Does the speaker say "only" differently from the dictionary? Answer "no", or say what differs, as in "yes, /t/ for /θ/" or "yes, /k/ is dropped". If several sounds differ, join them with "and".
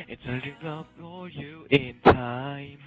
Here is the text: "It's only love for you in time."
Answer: yes, /n/ is dropped